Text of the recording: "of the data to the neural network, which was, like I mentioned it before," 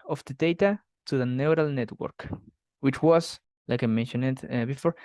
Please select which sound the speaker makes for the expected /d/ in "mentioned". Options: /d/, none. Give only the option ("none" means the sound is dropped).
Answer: none